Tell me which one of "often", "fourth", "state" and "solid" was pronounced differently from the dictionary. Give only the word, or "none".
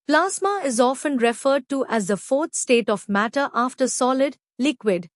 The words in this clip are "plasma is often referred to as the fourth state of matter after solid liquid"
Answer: fourth